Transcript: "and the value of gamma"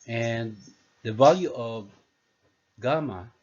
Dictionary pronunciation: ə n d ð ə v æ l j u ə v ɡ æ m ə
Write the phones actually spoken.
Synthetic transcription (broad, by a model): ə n ð ə v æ l j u ə v ɡ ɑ m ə